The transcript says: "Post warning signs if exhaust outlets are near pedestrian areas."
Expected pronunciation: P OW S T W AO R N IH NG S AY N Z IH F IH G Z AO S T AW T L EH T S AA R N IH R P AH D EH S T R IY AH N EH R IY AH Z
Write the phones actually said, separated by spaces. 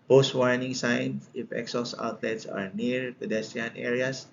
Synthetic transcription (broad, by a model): P OW S T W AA R N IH NG S AY N S IH F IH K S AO S AW T L EH T S AA R N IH R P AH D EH S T IY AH N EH R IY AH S